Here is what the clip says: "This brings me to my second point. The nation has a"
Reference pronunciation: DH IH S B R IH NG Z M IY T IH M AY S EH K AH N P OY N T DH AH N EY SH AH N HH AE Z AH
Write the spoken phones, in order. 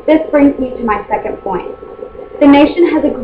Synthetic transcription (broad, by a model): DH IH S B R IH NG Z M IY T IH M AY S EH K AH N P OY N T DH AH N EY SH AH N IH Z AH